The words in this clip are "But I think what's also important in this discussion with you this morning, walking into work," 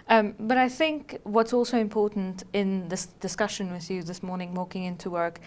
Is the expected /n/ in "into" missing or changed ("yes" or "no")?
no